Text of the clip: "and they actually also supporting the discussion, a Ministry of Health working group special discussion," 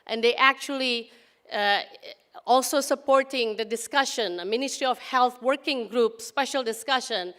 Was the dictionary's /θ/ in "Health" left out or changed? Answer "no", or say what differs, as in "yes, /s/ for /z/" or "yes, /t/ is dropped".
yes, /t/ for /θ/